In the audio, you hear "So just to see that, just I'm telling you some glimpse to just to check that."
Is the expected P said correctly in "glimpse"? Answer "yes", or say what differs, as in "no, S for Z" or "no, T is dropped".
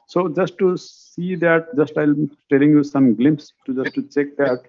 yes